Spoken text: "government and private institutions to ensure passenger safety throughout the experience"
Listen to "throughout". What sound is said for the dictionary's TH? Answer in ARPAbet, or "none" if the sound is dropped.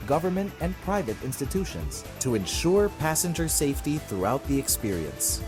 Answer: TH